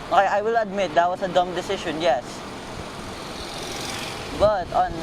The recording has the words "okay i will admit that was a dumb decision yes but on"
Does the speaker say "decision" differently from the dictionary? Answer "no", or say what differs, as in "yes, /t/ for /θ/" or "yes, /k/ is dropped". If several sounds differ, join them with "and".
yes, /ʃ/ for /ʒ/